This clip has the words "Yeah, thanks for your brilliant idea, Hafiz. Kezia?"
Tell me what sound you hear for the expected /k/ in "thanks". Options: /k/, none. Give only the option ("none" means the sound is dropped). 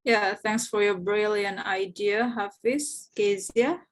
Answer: /k/